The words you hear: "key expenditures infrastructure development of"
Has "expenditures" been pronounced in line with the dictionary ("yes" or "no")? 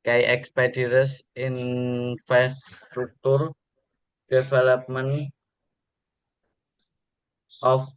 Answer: no